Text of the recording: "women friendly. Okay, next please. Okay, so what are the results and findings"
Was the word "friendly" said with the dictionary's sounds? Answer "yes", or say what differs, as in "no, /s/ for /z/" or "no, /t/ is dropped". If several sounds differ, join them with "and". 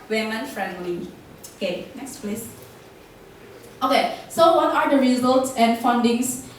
yes